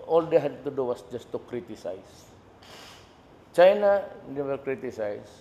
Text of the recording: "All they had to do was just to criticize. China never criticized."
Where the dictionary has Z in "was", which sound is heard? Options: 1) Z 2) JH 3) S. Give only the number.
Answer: 3